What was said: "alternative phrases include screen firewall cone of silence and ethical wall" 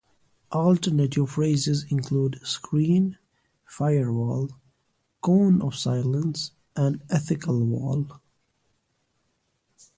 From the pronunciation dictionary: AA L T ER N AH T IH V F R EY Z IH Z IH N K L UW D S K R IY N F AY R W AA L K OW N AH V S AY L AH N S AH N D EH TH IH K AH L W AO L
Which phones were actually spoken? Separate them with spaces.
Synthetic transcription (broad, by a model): AA L T ER N AH T IH V F R EY Z IH Z IH N K L UW D S K R IY N F AY R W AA L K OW N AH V S AY L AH N S AH N D EH TH IH K AH L W AO L